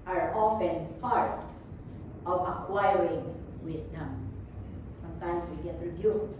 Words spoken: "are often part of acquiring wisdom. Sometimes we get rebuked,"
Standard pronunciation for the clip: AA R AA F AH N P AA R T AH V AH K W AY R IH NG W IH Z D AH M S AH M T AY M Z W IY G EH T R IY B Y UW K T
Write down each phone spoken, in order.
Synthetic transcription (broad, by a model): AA R AA F AH N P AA R T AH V AH K W AY R IH NG W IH S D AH M S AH M T AY M S W IY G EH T R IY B Y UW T